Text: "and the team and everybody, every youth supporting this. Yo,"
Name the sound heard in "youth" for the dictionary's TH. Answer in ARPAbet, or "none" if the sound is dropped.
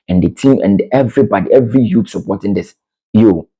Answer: T